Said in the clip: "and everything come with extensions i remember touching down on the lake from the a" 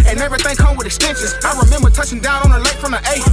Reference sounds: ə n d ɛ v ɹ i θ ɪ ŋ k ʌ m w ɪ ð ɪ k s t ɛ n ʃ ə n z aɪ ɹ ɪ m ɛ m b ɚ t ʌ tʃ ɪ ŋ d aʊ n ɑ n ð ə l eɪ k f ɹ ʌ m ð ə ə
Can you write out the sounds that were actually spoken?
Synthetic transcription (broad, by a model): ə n ɛ v ɹ i θ ɪ ŋ k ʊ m w ɪ ð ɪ s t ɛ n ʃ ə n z aɪ ɹ ɪ m ɛ m b ɚ t ʌ tʃ ɪ ŋ d aʊ n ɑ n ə l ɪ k f ɹ ʌ m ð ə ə